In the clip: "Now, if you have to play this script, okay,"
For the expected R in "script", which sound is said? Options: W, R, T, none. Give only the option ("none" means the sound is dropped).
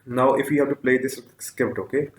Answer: none